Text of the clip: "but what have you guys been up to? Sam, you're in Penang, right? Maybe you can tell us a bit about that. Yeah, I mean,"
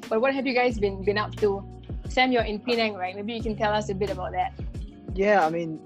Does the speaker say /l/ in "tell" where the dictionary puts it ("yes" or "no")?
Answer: yes